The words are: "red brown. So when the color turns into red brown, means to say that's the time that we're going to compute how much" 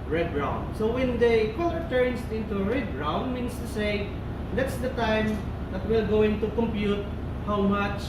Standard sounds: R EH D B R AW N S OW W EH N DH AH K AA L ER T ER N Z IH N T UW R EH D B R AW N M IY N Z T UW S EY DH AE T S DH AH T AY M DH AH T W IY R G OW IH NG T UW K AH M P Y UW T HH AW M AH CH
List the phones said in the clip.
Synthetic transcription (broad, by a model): R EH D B R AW N S OW W EH N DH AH K AA L ER T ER N S IH N T UW R EH D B R AW N M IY N S T UW S EY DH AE T S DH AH T AY M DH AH T W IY L G OW IH NG T UW K AH M P Y UW T HH AW M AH CH